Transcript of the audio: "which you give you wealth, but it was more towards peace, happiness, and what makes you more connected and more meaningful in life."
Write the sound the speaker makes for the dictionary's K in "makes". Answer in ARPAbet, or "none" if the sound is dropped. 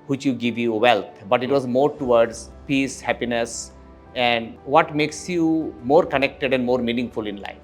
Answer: K